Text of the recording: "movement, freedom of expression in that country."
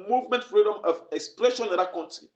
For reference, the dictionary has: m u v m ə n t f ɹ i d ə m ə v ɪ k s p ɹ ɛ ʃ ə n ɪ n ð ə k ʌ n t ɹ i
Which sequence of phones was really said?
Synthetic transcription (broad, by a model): m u v m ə n t f ɹ i d ə m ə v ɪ k s p l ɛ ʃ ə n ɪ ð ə k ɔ n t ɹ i